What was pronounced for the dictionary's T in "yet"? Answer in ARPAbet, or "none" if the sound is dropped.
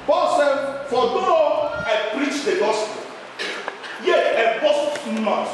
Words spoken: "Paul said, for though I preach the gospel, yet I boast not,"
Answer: none